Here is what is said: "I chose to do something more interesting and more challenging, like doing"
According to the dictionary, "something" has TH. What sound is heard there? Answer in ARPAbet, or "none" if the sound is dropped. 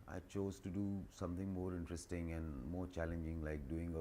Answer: T